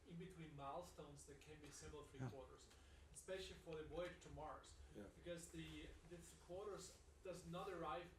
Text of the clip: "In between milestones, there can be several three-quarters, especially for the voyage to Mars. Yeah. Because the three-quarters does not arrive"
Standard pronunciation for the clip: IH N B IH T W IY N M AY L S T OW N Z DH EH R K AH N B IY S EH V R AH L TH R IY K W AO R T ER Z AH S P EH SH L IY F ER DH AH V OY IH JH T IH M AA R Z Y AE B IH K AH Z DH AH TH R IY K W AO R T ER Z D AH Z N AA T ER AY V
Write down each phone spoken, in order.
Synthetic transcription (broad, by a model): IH N B IH T W IY N M AY L S T OW N Z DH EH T K AH N B IY S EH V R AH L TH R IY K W AO R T ER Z AH S P EH SH L IY F ER DH AH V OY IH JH T IH M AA R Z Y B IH K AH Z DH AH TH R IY K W AO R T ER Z D AH Z N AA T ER AY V